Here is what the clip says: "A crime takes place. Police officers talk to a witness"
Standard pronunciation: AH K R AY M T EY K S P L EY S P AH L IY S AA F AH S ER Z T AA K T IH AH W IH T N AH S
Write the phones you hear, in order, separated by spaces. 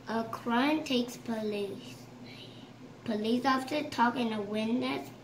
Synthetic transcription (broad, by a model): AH K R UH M T EY K S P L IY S P AH L IY S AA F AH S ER T AA K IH AH W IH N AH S